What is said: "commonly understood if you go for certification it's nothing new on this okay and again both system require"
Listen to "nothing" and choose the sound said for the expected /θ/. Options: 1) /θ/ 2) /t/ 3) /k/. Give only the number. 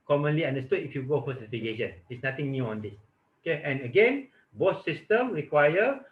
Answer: 2